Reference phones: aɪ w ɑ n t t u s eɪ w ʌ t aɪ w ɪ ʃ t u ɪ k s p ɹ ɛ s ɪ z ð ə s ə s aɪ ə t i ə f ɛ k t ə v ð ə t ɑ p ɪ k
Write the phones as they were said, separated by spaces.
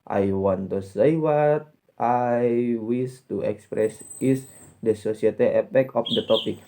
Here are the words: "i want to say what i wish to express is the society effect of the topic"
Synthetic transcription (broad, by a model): aɪ w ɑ n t t u s eɪ w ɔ t aɪ w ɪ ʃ t u ɪ k s p ɹ ɛ s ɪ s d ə s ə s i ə t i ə p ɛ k ə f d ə t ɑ p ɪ k